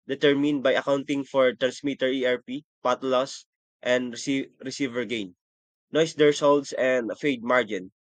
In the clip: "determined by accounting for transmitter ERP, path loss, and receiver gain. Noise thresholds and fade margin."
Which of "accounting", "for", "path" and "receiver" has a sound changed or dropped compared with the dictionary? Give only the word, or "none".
path